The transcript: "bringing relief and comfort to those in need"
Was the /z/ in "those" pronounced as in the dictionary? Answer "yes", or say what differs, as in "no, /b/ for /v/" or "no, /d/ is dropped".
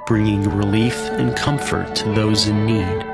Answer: yes